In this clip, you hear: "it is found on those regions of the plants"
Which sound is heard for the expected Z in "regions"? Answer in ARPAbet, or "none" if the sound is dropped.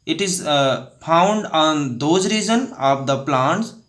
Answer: none